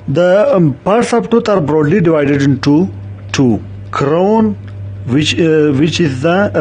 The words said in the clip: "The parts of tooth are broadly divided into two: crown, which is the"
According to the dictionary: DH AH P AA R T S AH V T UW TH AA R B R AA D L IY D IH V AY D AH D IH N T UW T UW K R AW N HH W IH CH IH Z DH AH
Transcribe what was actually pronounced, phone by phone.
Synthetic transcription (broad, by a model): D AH P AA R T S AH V T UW T AA R B R AA D L IY D IH V AY D AH D IH N T UW T UW K R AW N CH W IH CH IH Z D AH